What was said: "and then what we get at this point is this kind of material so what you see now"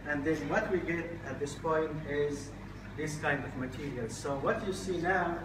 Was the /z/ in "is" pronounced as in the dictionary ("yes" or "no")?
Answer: yes